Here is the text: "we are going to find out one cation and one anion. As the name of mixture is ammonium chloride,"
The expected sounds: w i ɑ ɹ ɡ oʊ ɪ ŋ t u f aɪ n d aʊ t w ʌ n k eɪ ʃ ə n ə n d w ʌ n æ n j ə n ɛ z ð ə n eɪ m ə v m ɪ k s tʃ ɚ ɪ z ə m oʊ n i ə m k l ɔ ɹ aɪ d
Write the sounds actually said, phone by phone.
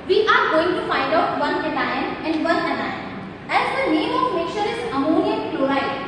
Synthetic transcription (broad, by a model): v i ɑ ɹ ɡ oʊ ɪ ŋ t u f aɪ n d aʊ t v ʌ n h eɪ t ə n ə n d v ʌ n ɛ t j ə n ɛ z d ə n eɪ m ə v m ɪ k tʃ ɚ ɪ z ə m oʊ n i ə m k l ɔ ɹ aɪ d